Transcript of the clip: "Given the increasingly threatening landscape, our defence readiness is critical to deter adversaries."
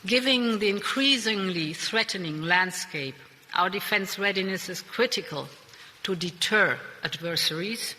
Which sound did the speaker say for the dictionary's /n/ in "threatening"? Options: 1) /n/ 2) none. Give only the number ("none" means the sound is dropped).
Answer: 1